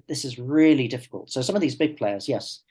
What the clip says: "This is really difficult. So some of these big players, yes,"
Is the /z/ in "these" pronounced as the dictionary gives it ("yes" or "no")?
yes